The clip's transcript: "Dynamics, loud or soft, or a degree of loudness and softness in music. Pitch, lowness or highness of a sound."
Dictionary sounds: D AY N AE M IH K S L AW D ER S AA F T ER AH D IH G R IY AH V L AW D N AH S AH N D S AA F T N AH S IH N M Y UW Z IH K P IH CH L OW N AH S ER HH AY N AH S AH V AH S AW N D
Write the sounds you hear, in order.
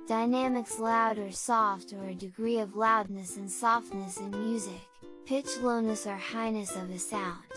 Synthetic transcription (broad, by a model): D AY N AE M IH K S L AW D ER S AA F T ER AH D IH G R IY AH V L AW D N AH S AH N S AA F T N AH S IH N M Y UW Z IH K P IH CH L OW N AH S ER HH AY N AH S AH V AH S AW N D